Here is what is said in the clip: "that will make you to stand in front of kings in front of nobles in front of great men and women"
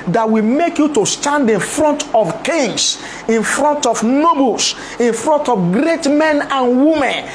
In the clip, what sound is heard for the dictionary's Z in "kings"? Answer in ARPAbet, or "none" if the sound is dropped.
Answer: S